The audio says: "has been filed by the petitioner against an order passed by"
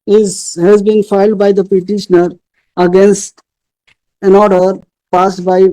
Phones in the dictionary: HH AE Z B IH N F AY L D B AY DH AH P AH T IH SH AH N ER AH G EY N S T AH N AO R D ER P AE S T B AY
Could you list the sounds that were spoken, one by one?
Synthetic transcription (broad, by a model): HH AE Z B IH N F AY L D B AY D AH P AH T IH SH AH N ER AH G EY N S T AH N AO R D ER P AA S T B AY